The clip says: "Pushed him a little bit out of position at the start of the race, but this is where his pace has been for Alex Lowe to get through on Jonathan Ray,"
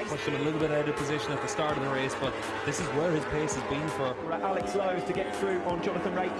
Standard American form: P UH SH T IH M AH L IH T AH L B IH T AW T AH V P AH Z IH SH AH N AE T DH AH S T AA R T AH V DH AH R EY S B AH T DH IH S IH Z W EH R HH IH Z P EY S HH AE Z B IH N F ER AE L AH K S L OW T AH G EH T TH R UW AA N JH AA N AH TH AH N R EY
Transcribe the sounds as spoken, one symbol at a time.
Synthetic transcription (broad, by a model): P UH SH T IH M AH L IH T L B IH T AW T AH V P AH Z IH SH AH N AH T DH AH S T AA R T AH V DH AH R EY S B AH T DH IH S IH Z W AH R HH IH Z P EY S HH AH Z B IH N F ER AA L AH K S L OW T AH G EH T TH R UW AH N JH AA N AH TH AH N R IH